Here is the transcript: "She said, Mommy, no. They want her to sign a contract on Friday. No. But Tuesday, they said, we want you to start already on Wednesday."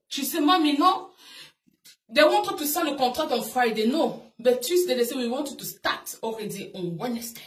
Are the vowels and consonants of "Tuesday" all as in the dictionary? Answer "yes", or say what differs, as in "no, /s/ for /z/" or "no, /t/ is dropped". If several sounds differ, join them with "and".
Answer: no, /s/ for /z/